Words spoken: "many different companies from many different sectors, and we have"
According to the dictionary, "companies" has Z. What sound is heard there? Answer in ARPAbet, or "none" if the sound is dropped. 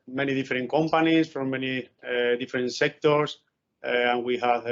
S